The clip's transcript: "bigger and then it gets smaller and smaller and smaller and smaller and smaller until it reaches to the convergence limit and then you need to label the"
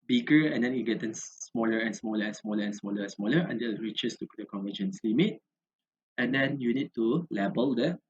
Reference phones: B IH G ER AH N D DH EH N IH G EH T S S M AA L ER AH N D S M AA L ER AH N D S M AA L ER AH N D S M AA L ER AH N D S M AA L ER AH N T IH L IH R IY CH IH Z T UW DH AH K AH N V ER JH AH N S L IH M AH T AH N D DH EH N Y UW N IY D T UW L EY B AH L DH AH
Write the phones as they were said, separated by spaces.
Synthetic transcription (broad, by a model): B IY G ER AH N D EH N IH G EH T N S M AA L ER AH N S M AA L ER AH N S M AA L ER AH N S M AA L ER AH N S M AA L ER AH N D IH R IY CH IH S T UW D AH K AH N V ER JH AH N S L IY M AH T AH N D EH N Y UW N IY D T UW L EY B AH L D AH